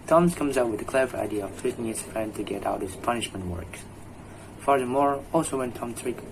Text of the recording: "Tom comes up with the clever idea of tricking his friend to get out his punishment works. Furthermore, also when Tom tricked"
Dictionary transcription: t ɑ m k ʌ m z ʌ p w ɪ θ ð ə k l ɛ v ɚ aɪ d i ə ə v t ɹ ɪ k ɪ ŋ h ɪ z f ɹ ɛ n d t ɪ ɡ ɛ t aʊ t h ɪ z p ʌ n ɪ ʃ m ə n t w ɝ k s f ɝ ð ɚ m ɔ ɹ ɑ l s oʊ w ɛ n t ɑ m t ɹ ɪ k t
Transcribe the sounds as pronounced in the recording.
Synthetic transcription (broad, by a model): t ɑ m k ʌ m z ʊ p w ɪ ð ə k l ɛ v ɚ aɪ d i ə ə v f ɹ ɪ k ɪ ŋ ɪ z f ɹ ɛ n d t ɪ ɡ ɛ t aʊ t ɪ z p ʌ n ɪ ʃ m ə n t w ɝ k s f ɝ ð ɚ m ɔ ɹ ɑ l s oʊ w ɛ n t ɑ m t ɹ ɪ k